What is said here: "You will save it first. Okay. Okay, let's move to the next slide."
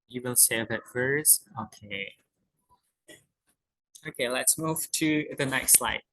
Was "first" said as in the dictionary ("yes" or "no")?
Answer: no